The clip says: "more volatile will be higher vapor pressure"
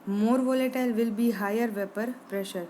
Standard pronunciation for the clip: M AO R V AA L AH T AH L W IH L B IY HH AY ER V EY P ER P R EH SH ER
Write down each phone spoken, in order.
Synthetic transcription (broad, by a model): M AO R V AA L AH T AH L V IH L B IY HH AY ER V EY P ER P R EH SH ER